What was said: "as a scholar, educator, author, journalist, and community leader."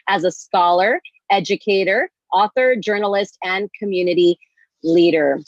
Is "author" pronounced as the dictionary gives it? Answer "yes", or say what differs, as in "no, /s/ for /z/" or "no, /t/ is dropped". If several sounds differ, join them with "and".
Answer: yes